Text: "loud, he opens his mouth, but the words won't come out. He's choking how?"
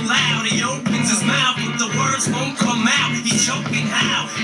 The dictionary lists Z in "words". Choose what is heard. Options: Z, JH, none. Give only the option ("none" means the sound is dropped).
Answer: Z